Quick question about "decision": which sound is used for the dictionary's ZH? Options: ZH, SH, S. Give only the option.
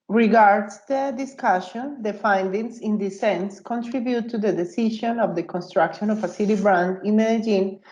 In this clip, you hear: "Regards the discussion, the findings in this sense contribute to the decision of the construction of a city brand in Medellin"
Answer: SH